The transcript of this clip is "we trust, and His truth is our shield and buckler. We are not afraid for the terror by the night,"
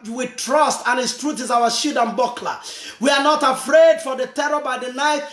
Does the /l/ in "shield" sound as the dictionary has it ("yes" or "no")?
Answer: no